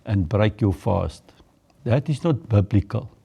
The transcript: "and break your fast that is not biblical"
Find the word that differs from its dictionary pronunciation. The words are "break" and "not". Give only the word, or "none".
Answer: none